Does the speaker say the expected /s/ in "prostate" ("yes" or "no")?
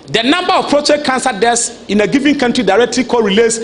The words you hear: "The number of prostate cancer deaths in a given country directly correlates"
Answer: no